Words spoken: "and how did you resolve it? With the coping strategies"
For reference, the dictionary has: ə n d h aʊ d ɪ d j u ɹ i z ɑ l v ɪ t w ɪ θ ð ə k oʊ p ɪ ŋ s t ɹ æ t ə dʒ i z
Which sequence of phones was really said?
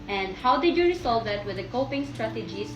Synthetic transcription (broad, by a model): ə n d h aʊ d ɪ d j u ɹ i s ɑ l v ɪ t w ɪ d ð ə k oʊ p ɪ ŋ s t ɹ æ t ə dʒ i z